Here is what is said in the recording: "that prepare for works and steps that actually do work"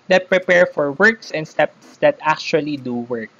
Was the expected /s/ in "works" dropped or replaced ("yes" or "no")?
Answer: no